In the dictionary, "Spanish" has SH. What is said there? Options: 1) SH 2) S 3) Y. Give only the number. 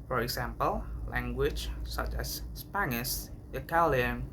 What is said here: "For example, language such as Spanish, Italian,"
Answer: 2